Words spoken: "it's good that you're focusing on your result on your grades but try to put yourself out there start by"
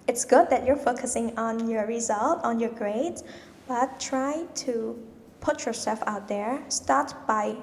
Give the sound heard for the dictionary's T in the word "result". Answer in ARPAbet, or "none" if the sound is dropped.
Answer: T